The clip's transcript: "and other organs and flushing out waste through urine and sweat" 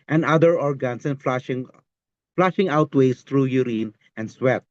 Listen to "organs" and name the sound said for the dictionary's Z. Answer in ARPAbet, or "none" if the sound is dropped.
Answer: S